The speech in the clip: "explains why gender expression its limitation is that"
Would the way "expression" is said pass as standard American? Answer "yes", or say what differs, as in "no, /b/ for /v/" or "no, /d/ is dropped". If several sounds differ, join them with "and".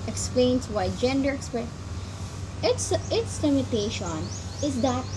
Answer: no, /ʃ/ is dropped